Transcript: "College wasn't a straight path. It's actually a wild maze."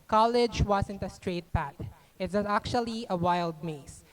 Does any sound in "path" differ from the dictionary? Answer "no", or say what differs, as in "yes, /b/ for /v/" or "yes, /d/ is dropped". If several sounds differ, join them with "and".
yes, /t/ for /θ/